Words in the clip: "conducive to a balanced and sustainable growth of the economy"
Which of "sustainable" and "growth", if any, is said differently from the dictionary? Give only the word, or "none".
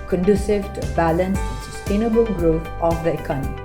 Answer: growth